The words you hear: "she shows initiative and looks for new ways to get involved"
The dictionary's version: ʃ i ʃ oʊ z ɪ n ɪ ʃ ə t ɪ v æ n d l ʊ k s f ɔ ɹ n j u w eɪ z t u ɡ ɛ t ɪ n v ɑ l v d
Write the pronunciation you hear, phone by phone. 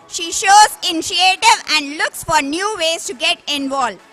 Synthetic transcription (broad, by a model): ʃ i ʃ oʊ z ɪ n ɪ ʃ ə t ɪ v æ n d l ʊ k s f ɔ ɹ n j u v eɪ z t u ɡ ɛ t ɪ n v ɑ l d